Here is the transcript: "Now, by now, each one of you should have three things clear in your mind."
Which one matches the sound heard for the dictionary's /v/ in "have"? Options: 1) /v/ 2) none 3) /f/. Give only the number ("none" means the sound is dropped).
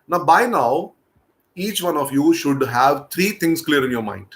1